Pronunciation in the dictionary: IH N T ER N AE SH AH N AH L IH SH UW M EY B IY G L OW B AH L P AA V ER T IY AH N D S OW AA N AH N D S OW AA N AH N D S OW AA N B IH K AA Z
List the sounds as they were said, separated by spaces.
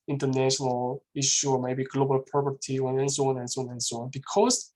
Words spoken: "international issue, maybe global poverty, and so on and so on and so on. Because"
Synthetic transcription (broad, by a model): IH N T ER N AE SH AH N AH L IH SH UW M EY B IY G L OW B AH L P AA P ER T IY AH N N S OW AA N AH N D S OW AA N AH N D S OW AA N B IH K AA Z